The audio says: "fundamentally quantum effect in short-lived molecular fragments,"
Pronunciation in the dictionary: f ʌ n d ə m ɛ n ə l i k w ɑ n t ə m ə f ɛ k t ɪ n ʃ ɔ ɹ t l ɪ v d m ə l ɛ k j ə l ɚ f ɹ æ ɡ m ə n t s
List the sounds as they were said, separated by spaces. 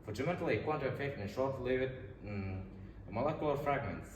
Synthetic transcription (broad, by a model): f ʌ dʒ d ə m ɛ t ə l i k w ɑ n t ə ə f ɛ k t ɪ n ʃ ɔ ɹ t l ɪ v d m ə l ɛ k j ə l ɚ f ɹ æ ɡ m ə n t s